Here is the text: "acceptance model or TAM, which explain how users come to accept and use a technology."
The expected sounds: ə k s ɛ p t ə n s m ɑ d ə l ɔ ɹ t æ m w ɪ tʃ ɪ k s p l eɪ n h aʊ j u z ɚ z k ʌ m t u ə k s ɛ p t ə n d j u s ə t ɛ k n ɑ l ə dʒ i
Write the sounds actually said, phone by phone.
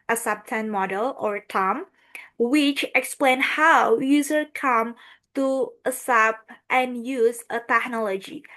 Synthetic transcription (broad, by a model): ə s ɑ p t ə n m ɑ d ə l ɔ ɹ t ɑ m w ɪ tʃ ɪ k s p l eɪ n h aʊ j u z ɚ k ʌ m t u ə s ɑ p t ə n j u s ə t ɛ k n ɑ l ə dʒ i